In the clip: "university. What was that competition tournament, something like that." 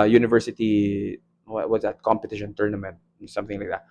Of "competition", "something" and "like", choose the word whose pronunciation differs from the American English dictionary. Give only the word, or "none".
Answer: none